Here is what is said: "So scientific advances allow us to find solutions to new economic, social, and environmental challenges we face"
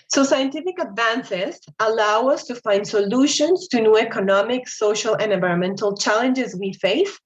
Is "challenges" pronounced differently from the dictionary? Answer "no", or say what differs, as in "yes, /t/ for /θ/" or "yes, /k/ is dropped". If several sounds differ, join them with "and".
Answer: no